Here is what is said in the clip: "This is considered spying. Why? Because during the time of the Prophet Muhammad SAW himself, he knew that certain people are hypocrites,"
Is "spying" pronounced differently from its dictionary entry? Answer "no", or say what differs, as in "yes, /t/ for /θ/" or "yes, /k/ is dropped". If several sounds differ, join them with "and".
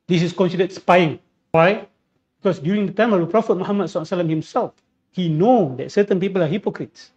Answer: no